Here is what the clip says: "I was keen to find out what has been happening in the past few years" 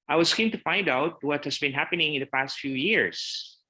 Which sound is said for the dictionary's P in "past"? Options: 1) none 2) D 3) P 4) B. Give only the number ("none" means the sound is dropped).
3